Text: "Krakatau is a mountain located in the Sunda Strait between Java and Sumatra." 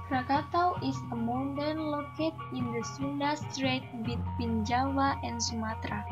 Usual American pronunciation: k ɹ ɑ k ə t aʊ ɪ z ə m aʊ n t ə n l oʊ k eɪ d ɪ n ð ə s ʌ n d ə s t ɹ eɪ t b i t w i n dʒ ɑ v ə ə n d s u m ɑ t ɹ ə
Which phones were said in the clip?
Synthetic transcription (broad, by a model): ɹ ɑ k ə t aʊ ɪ s ə m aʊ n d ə n l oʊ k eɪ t ɪ n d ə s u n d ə s t ɹ eɪ t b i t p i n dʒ ɑ w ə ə n s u m ɑ t ɹ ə